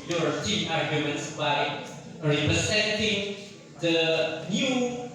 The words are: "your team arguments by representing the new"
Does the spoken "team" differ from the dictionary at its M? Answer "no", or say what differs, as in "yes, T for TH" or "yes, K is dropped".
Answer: yes, M is dropped